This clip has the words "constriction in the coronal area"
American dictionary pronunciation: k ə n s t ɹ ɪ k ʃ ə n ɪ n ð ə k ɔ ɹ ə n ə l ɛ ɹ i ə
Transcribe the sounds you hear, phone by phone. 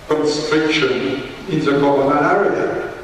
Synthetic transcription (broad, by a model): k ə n s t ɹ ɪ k ʃ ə n ɪ n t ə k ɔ l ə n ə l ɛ ɹ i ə